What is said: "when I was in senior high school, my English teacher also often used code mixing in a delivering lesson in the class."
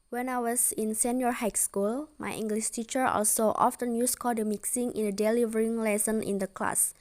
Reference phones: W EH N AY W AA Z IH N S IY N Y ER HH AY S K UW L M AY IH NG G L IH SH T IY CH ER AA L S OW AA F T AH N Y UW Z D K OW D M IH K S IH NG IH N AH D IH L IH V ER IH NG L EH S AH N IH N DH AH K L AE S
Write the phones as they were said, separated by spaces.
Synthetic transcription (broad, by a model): W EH N AY W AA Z IH N S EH N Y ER HH AY S K UW L M AY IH NG G L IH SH T IY CH ER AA L S OW AA F T AH N Y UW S K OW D M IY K S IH NG IH N AH D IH L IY V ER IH NG L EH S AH N IH N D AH K L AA S